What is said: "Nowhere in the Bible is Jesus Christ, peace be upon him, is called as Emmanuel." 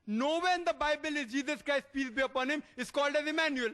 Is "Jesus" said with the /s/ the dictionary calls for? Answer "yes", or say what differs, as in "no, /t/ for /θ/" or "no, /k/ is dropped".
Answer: yes